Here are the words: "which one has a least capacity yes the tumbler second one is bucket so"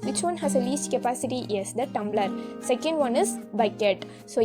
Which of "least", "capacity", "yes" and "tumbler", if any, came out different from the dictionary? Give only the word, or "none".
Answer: none